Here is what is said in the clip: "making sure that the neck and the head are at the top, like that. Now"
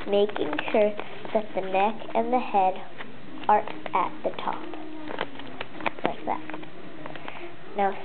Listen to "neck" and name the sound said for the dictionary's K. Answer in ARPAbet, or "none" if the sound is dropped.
K